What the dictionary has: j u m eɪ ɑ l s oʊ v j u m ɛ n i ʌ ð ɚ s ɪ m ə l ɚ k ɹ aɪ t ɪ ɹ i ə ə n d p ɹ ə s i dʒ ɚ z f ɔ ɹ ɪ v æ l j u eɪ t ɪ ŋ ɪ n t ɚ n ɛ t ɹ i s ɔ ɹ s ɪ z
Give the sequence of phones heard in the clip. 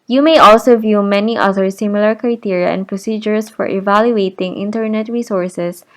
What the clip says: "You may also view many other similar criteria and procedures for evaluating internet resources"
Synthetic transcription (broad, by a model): j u m eɪ ɑ l s oʊ v j u m ɛ n i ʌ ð ɚ s ɪ m ə l ɚ k ɹ aɪ t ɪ ɹ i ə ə n p ɹ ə s i dʒ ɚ s f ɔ ɹ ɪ v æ l j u eɪ t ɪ ŋ ɪ n t ɚ n ɛ t ɹ i s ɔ ɹ s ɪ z